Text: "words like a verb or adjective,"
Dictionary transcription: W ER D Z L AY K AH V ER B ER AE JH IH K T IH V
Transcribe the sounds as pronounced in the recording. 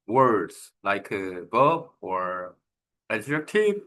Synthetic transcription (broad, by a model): W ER D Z L AY K AH B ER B ER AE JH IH T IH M